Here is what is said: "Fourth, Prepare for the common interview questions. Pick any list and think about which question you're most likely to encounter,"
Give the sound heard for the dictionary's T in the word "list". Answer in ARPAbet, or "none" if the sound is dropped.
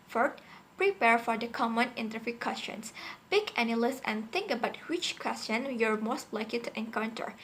none